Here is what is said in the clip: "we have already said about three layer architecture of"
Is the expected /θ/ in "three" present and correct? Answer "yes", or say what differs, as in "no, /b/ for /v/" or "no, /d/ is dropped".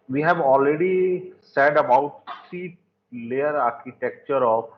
no, /s/ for /θ/